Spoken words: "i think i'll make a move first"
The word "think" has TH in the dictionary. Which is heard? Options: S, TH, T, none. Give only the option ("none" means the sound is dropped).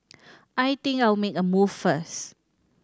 T